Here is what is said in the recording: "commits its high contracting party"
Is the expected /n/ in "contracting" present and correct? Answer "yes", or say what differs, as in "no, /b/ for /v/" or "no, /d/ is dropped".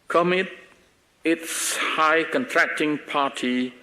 yes